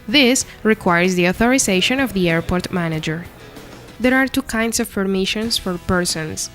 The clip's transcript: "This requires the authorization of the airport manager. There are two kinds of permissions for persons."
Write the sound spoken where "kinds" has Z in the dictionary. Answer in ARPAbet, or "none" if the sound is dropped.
S